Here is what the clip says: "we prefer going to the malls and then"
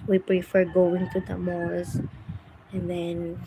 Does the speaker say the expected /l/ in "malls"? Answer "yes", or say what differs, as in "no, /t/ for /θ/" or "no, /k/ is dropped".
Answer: no, /l/ is dropped